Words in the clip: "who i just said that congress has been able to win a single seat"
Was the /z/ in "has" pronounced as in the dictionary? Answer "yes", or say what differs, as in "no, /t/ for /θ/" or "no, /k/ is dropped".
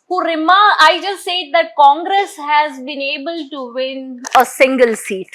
yes